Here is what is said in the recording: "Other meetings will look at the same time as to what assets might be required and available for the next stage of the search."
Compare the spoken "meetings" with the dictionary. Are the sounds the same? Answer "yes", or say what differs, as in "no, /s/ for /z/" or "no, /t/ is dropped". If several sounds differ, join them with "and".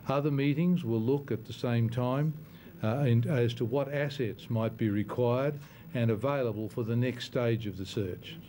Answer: yes